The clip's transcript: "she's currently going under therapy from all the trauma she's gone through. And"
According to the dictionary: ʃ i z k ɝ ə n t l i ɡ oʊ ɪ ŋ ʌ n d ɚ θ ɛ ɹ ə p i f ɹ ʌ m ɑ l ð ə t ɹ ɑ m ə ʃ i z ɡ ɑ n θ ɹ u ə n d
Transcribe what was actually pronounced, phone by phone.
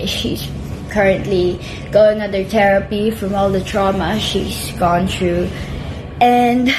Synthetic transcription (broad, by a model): ʃ i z k ɝ ə n t l i ɡ oʊ ɪ ŋ ʌ n d ɚ t ɛ ɹ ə p i f ɹ ʌ m ɑ l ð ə t ɹ ɑ m ə ʃ i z ɡ ɑ n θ ɹ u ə n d